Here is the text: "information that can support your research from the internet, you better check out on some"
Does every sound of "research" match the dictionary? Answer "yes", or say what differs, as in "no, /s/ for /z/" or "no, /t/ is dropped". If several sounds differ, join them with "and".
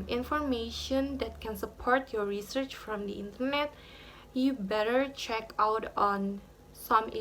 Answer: yes